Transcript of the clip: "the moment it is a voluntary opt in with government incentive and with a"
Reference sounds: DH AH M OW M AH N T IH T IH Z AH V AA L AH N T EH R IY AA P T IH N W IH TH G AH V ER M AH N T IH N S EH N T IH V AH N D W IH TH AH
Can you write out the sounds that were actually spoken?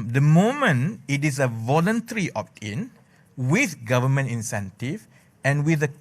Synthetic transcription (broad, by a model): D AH M OW M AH N IH T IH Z AH V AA L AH N T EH R IY AA P T IH N W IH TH G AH V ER M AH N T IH N S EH N T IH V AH N W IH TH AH